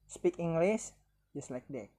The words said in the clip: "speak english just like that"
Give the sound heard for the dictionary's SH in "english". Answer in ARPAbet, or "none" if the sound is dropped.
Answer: S